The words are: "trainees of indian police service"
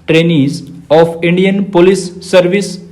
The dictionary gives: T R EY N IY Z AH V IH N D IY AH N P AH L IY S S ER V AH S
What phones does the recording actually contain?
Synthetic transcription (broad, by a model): T R EY N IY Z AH P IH N D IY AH N P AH L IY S S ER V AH S